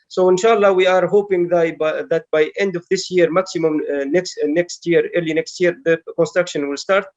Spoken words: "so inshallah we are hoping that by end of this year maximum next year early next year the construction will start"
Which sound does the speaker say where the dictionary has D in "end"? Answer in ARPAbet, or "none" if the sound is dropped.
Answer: D